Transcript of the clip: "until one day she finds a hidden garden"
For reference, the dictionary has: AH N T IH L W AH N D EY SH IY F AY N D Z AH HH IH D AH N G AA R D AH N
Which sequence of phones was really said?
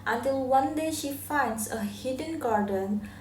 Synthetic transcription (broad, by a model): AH N T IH L W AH N D EY SH IY F AY N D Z AH HH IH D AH N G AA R D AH N